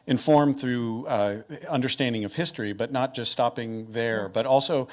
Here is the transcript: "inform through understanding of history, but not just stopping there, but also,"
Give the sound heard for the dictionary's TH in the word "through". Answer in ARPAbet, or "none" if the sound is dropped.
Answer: TH